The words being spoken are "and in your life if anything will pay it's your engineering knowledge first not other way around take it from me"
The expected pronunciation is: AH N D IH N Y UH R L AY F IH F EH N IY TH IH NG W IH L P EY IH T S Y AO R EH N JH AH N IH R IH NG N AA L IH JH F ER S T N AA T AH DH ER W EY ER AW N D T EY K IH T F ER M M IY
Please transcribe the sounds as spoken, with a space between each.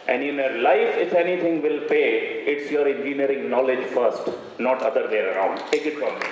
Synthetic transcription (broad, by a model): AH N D IH N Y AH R L AY F IH F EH N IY T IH NG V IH L P EY IH T S Y AO R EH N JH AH N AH R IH NG N AA L IH JH F ER S T N AA T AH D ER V EY ER AW N D T EY K IH T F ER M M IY